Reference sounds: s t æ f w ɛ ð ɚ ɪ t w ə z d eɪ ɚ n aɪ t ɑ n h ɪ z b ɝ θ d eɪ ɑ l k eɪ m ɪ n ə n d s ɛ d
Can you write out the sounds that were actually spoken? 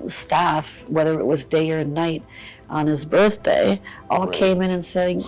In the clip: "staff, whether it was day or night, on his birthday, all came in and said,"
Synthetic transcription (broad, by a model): s t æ f w ɛ ð ɚ ɪ t w ə z d eɪ ɚ n aɪ t n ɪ z b ɝ θ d eɪ ɑ l k eɪ m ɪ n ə n s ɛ